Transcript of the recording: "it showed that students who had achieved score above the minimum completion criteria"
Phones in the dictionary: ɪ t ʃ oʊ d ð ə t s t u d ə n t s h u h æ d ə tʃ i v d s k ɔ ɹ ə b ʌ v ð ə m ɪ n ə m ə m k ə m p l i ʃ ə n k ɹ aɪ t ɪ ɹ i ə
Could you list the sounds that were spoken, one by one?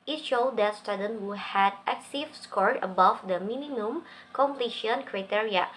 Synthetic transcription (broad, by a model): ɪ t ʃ oʊ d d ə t s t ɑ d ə n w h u h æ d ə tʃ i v s k ɔ ɹ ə b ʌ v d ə m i n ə m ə m k ə m p l i ʃ ə n k ɹ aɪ t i ɹ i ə